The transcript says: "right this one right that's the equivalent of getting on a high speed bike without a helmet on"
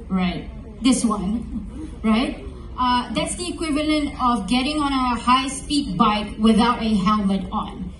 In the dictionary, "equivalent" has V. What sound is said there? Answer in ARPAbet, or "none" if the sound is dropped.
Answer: V